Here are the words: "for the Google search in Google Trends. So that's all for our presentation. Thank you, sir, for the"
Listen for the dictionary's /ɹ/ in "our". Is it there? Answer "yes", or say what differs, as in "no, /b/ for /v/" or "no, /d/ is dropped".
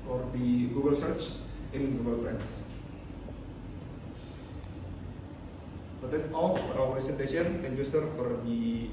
no, /w/ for /ɹ/